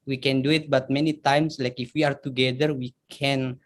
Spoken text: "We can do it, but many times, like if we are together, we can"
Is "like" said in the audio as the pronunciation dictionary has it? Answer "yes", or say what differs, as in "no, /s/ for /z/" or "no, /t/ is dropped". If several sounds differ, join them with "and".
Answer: yes